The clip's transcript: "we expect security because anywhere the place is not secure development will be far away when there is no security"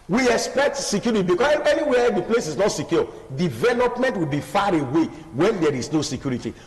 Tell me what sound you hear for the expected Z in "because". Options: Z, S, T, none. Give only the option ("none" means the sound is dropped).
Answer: none